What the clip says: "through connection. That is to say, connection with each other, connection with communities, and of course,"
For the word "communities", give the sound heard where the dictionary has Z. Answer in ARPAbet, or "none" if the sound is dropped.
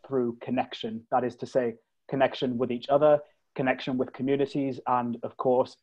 Z